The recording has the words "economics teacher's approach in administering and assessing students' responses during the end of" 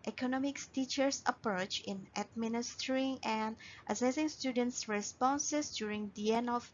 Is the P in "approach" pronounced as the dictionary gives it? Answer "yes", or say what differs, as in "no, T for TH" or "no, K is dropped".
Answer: yes